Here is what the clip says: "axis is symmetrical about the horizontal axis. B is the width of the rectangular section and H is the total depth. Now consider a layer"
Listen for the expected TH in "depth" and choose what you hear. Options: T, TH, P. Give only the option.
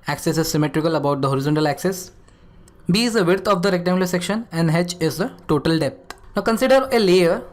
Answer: T